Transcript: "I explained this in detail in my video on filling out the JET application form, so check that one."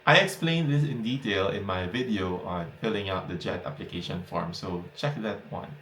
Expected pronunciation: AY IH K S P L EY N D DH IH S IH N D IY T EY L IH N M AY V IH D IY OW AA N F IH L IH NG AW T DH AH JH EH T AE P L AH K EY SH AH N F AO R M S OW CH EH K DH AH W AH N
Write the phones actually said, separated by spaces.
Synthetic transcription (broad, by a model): AY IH K S P L EY N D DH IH S IH N D IY T EY L IH N M AY V IH D IY OW AA N F IH L IH NG AW T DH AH JH EH T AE P L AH K EY SH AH N F AO R M S OW CH EH K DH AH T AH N